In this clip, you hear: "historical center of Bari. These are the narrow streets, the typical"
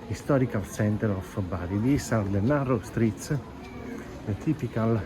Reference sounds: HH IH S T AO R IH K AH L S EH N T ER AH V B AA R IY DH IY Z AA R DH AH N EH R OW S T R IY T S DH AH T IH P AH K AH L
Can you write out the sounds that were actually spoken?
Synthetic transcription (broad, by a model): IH S T AO R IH K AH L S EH N T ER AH F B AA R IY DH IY S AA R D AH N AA R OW S T R IY T S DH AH T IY P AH K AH L